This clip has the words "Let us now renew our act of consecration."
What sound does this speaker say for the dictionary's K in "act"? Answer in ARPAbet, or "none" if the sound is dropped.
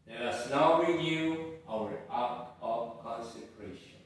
none